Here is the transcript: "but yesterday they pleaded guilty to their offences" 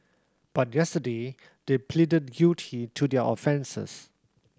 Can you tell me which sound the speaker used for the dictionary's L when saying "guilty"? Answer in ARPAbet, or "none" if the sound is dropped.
none